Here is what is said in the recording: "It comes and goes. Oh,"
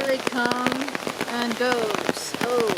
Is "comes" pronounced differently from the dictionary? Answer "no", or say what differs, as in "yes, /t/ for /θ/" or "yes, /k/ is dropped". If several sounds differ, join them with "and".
yes, /z/ is dropped